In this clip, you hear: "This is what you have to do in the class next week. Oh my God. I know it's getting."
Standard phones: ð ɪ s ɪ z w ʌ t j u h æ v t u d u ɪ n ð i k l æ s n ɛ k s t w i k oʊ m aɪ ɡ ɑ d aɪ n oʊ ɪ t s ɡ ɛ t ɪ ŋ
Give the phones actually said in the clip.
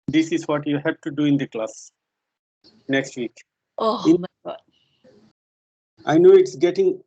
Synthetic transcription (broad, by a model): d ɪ s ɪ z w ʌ t j u h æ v t u d u ɪ n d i k l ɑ s n ɛ k s t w i k oʊ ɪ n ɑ ɪ n oʊ ɪ t s ɡ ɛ t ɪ ŋ